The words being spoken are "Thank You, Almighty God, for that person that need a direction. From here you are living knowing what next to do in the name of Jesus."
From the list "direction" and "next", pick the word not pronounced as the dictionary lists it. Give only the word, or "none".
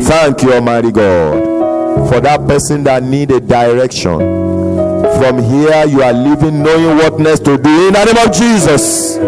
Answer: next